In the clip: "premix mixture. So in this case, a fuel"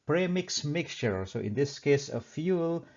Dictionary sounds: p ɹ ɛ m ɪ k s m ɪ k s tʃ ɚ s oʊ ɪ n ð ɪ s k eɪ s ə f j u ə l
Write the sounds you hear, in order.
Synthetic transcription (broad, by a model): p ɹ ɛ m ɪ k s m ɪ k s tʃ ɚ s oʊ ɪ n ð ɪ s k eɪ s ə f j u l